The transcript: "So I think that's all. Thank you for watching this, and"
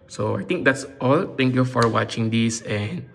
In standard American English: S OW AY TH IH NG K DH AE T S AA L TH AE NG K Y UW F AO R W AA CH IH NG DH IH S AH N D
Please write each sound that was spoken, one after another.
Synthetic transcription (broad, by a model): S OW AY T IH NG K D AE T S AA L T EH NG K Y UW F AO R W AA CH IH NG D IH S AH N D